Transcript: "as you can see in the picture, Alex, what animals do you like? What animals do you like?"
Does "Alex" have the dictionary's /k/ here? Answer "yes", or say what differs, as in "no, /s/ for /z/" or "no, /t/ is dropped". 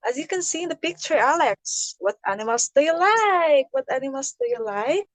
yes